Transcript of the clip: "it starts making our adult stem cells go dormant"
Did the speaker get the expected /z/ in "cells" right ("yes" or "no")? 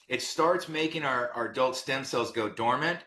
yes